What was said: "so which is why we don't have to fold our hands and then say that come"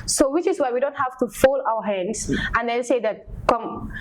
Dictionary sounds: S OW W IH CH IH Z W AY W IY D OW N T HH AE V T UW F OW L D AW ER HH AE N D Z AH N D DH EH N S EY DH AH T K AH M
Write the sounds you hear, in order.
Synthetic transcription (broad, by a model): S OW W IH CH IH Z W AY W IY D OW N T HH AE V T UW F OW L AW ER HH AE N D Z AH N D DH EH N S EY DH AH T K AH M